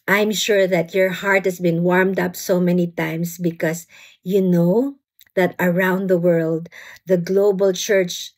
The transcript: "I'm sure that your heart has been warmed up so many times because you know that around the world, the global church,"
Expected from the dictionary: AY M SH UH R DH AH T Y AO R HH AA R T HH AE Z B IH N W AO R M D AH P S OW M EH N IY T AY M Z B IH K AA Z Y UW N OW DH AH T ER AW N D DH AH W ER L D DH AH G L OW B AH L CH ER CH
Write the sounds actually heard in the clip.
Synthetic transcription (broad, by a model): AY M SH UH R DH AH T Y AO R HH AA R T HH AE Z B IH N W AO R M D AH P S OW M EH N IY T AY M S B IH K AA S Y UW N OW DH AH T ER AW N D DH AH W ER L D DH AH G L OW B AH L CH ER CH